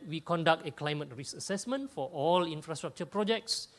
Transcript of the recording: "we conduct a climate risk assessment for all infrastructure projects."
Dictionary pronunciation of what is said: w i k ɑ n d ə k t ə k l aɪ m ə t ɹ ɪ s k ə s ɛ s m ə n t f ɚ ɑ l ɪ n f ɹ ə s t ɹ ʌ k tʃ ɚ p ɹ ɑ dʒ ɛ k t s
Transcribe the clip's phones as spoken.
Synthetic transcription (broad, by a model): w i k ɑ n d ə k t ə k l aɪ m ə t ɹ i s ə s ɛ s m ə n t f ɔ ɑ l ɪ n f ɹ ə s t ɹ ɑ k tʃ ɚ p ɹ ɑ dʒ ɛ k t s